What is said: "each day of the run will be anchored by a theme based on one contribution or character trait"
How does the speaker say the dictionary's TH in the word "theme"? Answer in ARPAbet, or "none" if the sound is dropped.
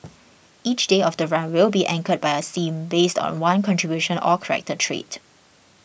S